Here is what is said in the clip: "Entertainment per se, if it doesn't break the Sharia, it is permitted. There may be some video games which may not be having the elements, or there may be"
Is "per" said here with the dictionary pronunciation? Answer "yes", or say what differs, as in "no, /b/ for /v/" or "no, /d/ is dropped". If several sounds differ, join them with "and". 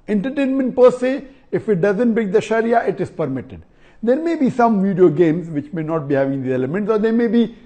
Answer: yes